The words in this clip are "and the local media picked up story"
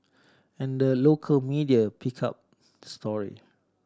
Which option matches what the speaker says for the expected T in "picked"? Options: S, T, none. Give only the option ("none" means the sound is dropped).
none